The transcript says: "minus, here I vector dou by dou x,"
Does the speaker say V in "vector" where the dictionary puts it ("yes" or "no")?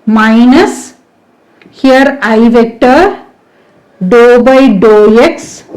yes